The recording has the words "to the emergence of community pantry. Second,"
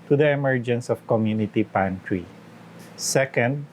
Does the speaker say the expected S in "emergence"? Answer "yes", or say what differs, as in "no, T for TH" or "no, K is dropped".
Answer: yes